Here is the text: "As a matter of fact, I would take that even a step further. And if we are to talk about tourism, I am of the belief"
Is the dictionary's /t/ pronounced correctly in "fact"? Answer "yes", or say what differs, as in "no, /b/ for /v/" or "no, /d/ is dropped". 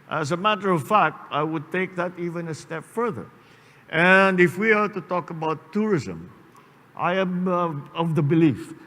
yes